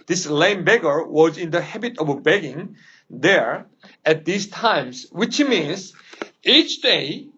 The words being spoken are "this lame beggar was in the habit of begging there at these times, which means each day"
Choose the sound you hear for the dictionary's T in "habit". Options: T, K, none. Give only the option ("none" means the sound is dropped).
T